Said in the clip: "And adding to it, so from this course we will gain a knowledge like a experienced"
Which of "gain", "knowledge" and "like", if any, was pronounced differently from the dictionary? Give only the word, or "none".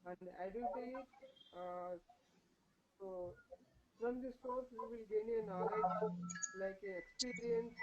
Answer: knowledge